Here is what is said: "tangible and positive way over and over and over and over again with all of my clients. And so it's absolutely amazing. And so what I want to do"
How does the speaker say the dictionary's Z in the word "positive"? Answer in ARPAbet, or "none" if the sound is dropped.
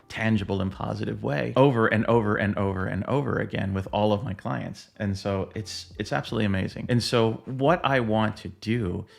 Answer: Z